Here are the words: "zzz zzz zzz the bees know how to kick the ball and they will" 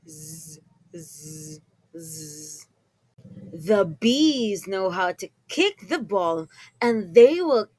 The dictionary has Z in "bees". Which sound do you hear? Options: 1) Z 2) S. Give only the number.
1